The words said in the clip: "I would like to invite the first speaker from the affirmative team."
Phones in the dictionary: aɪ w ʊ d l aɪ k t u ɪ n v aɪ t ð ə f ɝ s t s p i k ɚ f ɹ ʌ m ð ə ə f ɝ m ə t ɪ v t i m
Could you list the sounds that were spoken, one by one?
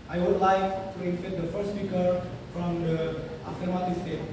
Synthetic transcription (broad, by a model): aɪ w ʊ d l aɪ k t u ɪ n f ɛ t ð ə f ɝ t s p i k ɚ f ɹ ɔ m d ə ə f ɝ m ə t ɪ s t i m